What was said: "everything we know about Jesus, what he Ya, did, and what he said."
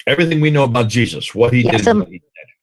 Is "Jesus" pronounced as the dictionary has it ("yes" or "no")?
yes